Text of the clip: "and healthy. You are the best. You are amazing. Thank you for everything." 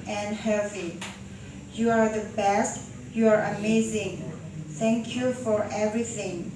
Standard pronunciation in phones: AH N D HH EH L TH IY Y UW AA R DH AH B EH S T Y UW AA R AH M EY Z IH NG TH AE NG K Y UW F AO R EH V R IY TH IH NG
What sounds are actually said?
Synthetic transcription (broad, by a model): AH N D HH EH TH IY Y UW AA R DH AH B EH S T Y UW AA R AH M EY Z IH NG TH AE NG K Y UW F AO R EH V R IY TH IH NG